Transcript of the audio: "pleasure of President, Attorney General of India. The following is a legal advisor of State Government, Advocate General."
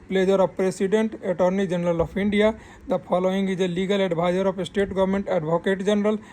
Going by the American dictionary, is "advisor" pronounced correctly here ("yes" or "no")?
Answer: no